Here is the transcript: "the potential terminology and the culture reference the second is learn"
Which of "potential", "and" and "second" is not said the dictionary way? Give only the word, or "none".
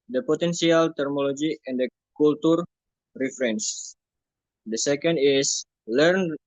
potential